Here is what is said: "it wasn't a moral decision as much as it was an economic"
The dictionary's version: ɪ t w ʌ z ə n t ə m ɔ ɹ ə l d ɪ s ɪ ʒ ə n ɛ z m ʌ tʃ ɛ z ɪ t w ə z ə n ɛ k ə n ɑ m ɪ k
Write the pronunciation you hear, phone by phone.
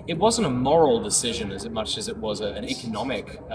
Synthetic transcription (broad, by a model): ɪ t w ʌ z ə n t ə m ɔ ɹ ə l d ɪ s ɪ ʒ ə n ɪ z m ʌ tʃ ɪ z ɪ t w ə z ə n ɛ k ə n ɑ m ɪ k